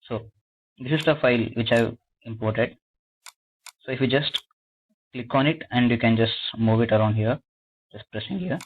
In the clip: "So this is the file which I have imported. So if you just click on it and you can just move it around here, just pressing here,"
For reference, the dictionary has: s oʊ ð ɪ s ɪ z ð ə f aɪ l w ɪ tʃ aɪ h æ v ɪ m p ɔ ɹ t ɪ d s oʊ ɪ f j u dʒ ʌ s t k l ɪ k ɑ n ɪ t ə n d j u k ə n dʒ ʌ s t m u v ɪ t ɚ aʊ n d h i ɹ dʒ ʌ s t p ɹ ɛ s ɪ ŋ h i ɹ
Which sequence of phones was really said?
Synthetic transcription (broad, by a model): s oʊ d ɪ s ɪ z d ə f aɪ l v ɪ tʃ aɪ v ɪ m p ɔ ɹ t ɪ d s oʊ ɪ f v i dʒ ʌ s t k l ɪ k ɑ n ɪ t ə n d j u k ə n dʒ ʌ s t m u v ɪ t ɚ aʊ n d h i ɹ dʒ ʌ s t p ɹ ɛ s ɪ ŋ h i ɹ